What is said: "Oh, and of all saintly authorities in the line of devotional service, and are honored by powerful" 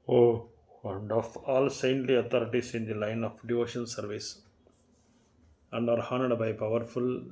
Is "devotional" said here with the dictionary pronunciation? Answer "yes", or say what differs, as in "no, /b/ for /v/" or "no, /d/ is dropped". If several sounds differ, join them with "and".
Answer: no, /n/ is dropped and /n/ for /l/